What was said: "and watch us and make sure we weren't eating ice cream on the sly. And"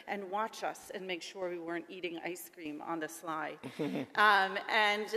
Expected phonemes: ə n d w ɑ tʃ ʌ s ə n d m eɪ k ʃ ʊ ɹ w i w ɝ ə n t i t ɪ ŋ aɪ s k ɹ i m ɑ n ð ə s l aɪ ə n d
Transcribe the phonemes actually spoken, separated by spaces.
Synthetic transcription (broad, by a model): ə n w ɑ tʃ ʌ s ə n m eɪ k ʃ ʊ ɹ w i w ɝ ə n t i t ɪ ŋ aɪ s k ɹ i m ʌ n ð ə s l aɪ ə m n